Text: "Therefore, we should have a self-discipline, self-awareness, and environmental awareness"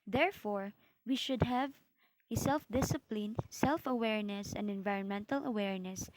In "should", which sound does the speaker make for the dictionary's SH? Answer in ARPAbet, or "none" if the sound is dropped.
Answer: SH